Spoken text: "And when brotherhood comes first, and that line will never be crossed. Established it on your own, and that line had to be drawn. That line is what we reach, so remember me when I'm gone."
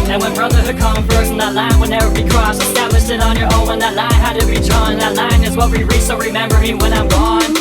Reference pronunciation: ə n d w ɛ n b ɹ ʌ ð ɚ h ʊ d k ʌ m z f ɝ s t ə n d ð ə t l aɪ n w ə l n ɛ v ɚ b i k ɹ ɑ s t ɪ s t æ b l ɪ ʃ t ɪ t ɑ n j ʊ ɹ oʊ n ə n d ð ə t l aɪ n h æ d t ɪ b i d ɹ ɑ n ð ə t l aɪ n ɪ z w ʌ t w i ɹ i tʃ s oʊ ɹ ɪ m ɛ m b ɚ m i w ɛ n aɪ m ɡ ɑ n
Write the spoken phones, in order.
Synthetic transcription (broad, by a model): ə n w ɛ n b ɹ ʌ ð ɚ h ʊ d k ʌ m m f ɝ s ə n ð ə t l aɪ n w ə n ɛ v ɚ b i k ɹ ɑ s ɪ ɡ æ l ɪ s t ɪ t n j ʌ ɹ oʊ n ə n ð ə t l aɪ n h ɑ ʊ t ɪ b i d ɹ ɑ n ð ə t l aɪ n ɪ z w ʌ t w i ɹ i s oʊ ɹ ɪ m ɛ m b ɚ m i w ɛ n aɪ m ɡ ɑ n